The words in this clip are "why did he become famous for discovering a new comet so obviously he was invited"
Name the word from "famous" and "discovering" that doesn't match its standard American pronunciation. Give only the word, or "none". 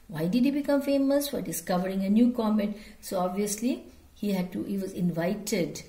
none